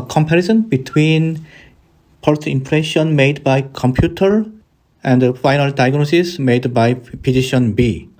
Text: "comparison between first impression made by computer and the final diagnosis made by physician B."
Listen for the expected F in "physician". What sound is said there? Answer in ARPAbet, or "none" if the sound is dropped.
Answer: P